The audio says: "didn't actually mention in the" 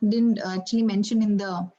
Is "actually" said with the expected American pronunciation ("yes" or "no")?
no